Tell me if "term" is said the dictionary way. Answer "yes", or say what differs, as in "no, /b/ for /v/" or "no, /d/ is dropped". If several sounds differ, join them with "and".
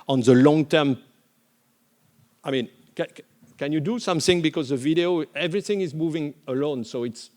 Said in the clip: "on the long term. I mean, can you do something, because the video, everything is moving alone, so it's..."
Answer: yes